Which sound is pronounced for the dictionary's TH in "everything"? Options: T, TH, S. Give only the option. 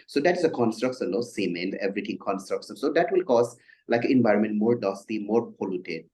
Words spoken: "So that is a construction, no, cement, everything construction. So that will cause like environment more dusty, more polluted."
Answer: T